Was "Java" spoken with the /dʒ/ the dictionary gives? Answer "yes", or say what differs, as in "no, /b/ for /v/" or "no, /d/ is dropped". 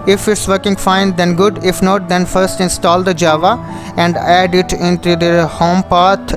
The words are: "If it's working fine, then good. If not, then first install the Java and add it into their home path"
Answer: yes